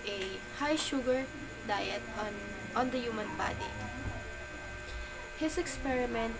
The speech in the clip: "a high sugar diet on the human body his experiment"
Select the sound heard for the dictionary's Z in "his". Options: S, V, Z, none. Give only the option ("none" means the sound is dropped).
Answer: S